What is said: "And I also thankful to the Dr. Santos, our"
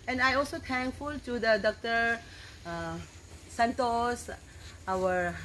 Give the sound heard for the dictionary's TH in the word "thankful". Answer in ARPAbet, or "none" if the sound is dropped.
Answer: T